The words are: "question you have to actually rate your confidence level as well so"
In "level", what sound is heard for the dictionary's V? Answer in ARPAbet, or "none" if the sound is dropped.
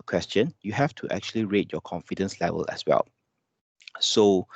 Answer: V